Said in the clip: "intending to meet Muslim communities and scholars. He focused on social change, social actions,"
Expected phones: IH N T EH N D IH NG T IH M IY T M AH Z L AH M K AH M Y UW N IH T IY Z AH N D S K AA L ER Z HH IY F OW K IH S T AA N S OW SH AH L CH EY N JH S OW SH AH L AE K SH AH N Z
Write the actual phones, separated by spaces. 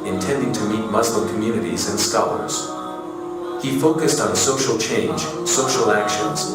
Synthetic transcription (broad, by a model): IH N T EH N D IH NG T IH M IY T M AH Z L AH M K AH M Y UW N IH T IY Z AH N S K AA L ER Z HH IY F OW K IH S T N S OW SH L CH EY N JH S OW SH L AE K SH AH N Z